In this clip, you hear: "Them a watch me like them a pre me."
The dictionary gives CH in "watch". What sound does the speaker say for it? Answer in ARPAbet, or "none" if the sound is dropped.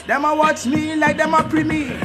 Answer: S